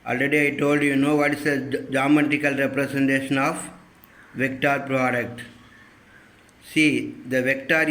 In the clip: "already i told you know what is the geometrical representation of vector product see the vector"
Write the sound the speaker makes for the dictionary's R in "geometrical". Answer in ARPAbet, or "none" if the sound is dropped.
none